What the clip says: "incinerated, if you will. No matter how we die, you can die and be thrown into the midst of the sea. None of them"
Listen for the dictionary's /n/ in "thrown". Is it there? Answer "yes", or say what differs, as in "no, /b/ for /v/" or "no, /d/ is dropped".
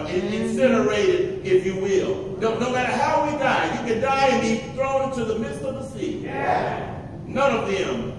no, /n/ is dropped